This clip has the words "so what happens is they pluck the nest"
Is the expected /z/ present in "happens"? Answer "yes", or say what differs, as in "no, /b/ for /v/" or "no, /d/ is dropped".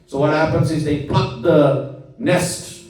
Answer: yes